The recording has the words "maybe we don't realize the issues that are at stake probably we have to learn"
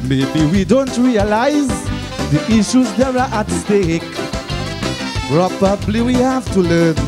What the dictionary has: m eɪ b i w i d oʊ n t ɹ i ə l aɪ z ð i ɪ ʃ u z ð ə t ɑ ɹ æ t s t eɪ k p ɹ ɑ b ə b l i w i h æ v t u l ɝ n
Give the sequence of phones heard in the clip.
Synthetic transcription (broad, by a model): m eɪ b i w i d oʊ n t ɹ i ə l aɪ z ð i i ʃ u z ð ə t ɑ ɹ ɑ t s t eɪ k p ɹ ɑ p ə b l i w i h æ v t u l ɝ n